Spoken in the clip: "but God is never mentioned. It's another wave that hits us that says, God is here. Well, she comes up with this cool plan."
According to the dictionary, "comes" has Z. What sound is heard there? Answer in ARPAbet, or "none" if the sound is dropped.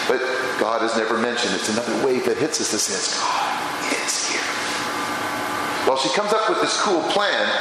Z